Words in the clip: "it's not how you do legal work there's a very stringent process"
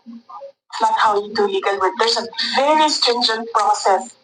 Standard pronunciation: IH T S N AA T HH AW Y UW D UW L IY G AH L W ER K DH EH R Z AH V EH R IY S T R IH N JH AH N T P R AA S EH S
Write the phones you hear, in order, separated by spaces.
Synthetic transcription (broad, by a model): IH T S L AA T HH AW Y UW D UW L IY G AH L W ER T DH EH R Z AH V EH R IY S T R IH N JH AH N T P R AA S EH S